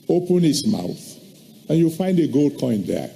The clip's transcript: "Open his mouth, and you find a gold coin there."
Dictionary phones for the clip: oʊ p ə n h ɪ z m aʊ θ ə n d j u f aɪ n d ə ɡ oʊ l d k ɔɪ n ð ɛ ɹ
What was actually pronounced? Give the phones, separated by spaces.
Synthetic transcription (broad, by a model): oʊ p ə n h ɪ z m aʊ θ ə n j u f aɪ n d ə ɡ oʊ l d k ɔɪ n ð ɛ